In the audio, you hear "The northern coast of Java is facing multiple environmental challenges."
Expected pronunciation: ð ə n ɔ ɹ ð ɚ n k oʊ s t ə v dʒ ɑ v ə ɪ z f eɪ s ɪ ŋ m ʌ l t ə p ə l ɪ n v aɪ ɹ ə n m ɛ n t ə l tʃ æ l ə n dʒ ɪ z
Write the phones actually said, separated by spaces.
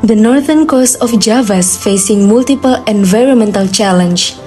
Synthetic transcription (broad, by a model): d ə n ɔ ɹ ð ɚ n k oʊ s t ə f dʒ ɑ v ə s f eɪ s ɪ ŋ m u l t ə p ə l ɪ n v aɪ ɹ ə n m ɛ n t ə l tʃ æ l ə n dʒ